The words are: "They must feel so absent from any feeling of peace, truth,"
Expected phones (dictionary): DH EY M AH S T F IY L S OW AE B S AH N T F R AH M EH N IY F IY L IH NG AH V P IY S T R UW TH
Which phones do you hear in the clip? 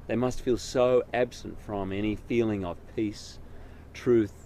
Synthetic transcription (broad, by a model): DH EY M AH S T F IY L S OW AE B S AH N T F R AH M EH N IY F IY L IH NG AH V P IY S T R UW TH